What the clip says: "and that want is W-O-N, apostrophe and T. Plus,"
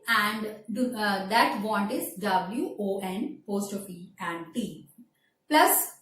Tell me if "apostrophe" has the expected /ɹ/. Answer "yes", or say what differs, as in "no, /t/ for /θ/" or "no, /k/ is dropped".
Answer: no, /ɹ/ is dropped